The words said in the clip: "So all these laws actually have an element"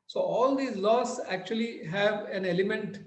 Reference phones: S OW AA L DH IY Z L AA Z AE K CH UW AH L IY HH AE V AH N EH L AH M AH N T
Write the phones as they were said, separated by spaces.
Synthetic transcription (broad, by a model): S OW AA L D IY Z L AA S AE K CH UW AH L IY HH AE V AH N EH L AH M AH N T